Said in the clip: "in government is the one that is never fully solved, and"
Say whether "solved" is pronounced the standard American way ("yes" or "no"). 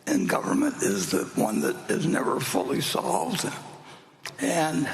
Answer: yes